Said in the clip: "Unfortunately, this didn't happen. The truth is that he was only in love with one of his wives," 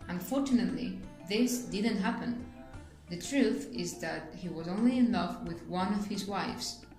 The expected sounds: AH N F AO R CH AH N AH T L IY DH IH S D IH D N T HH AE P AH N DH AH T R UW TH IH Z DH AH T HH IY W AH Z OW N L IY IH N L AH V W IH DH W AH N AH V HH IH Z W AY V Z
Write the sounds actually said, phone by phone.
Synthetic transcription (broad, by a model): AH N F AO R CH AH N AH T L IY DH IH S D IH D N T HH AE P AH N DH AH T R UW TH IH Z DH AH T HH IY W AH Z OW N L IY IH N L AH V W IH DH W AH N AH V HH IH Z W AY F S